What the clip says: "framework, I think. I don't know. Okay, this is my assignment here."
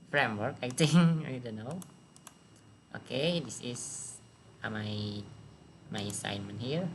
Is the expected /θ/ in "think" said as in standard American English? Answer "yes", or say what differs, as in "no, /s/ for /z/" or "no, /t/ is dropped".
no, /t/ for /θ/